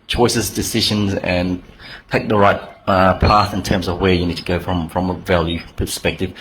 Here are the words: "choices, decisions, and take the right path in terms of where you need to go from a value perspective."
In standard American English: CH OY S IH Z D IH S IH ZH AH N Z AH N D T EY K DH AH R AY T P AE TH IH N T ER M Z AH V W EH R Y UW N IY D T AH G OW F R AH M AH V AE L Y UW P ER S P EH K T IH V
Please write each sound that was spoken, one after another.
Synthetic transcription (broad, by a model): CH OY S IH Z D IH S IH ZH AH N Z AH N T EY K DH AH R AY T P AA TH IH N T ER M Z AH V W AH R Y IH N IY D T AH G OW F R AH M AH V AE L Y UW P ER S P EH K T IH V